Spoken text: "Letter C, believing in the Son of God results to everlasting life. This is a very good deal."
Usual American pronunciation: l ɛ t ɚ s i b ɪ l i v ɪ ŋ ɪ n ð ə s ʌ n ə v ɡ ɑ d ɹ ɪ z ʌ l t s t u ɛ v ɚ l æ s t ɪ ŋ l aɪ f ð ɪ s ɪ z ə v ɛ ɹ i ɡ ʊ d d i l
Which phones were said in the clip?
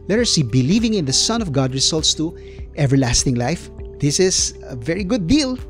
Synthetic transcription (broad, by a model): l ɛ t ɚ s i b ɪ l i v ɪ ŋ ɪ n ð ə s ʌ n ə v ɡ ɑ d ɹ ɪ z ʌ l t s t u ɛ v ɚ l æ s t ɪ ŋ l aɪ f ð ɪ s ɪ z ə v ɛ ɹ i ɡ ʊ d d i l